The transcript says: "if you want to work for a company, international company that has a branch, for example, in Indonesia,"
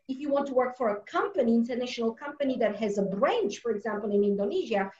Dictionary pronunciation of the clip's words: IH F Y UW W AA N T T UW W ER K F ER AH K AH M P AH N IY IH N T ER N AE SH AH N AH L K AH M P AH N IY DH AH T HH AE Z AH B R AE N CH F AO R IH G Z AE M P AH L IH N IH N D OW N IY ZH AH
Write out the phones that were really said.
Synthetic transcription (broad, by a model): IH F Y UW W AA N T T UW W ER K F ER AH K AH M P AH N IY IH N T ER N AE SH AH N AH L K AH M P AH N IY DH AH T HH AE Z AH B R AE N CH F AO R IH G Z AE M P AH L IH N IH N D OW N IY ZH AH